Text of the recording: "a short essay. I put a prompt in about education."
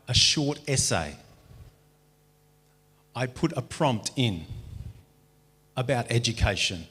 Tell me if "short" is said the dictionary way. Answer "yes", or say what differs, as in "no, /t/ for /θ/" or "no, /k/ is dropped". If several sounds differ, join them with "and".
yes